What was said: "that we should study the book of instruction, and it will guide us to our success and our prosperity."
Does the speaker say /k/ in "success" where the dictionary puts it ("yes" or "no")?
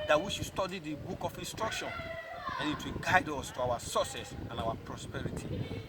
no